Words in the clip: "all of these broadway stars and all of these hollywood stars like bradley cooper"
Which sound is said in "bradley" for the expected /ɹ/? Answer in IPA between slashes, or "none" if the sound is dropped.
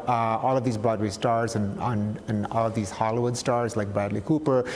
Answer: none